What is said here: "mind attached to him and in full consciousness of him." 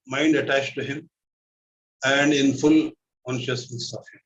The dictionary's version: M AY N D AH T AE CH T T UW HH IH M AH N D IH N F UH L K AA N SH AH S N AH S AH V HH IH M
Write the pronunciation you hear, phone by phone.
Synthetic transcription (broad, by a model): M AY N D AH T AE CH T T UW HH IH M AH N D IH N F UH L K AA N SH AH S N AH S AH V HH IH M